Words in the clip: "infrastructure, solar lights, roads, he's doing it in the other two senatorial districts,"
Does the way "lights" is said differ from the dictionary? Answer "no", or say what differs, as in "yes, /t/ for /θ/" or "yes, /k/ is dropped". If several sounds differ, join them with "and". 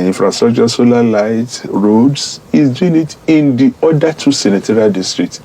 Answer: yes, /s/ is dropped